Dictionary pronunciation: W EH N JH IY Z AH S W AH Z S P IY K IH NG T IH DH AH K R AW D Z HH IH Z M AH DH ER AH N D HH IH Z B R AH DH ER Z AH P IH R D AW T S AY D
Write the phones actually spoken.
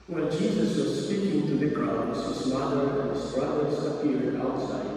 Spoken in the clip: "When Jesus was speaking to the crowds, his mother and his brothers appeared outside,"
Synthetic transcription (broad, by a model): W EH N JH IY Z AH S W AH Z S P IY K IH NG T IH DH AH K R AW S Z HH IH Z M AH DH ER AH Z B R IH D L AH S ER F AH IH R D AW T S AY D